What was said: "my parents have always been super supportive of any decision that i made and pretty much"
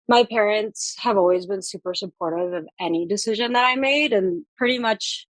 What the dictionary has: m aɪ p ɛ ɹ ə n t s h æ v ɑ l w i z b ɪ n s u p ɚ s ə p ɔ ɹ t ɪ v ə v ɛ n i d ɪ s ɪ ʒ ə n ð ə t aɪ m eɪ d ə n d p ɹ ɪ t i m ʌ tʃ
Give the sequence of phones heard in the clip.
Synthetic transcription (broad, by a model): m aɪ p ɛ ɹ ə n t s h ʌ v ɑ l w i z b ɪ n s u p ɚ s ə p ɔ ɹ t ɪ v ə v ɛ n i d ɪ s ɪ ʒ ə n ð ə t aɪ m eɪ d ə n p ɹ ɪ t i m ʌ tʃ